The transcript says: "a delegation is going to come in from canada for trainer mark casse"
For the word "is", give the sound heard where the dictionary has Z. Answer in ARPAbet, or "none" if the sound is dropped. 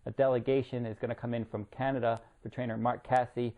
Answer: Z